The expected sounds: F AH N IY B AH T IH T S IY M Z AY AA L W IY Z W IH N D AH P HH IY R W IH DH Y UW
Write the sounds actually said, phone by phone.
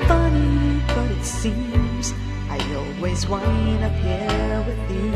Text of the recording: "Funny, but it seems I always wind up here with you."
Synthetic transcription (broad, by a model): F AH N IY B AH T IH T S IY M Z AY AA L W IY Z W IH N AH P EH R W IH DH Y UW